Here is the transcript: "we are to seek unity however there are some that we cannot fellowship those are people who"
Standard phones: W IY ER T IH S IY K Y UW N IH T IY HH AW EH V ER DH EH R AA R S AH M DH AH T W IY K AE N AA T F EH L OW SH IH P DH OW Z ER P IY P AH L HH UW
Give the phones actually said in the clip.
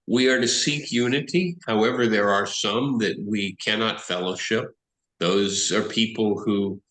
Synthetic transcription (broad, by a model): W IY ER T IH S IY K Y UW N IH T IY HH AW EH V ER DH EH R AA R S AH M DH AH T W IY K AE N AA T F EH L OW SH IH P DH OW Z ER P IY P L HH UW